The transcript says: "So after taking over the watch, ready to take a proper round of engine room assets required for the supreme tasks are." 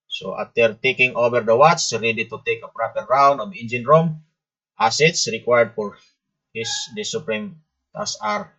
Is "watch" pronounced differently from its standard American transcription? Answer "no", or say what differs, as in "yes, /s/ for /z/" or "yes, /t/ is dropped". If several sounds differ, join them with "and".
yes, /s/ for /tʃ/